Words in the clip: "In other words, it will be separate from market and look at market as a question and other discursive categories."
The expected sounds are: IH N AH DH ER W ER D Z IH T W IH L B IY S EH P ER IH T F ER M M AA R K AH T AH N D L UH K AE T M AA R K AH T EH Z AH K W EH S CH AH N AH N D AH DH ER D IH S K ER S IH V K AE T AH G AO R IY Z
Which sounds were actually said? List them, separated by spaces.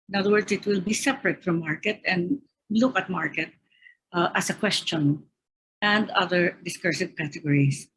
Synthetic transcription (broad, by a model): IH N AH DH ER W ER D S IH T W IH L B IY S EH P ER IH T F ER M M AA R K AH T AH N D L UH K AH T M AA R K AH T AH S AH K W EH S CH AH N AH N D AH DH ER D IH S K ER S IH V K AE T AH G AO R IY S